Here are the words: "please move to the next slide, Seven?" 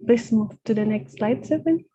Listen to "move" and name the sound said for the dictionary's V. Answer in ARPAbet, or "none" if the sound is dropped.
F